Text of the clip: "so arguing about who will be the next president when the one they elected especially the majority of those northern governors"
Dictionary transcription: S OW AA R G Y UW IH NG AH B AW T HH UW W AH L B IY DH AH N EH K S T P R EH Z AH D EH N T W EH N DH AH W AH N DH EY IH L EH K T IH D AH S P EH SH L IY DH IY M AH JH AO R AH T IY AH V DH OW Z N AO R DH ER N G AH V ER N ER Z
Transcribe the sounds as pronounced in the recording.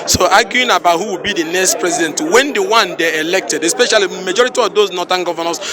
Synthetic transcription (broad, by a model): S OW AA G Y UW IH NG AH B AW T HH UW W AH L B IY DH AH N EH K S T P R EH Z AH D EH N T W EH N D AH W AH N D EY IH L EH K T IH D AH S P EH SH IY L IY M AH JH AO R AH T IY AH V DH OW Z N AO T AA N G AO V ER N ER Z